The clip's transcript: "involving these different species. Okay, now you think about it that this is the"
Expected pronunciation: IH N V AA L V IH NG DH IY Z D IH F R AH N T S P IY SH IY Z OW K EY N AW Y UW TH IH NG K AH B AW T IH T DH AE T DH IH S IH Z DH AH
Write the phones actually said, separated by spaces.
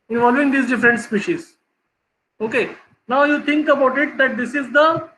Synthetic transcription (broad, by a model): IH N V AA L V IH NG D IY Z D IH F R AH N T S P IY SH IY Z OW K EY N AW Y UW T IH NG K AH B AW T IH T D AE T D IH S IH Z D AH